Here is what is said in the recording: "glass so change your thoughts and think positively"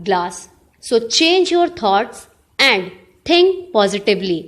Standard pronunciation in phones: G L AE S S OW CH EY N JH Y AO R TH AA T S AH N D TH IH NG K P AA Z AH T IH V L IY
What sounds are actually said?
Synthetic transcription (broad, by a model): G L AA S S OW CH EY N JH Y AO R T AA T S AH N D T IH NG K P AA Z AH T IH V L IY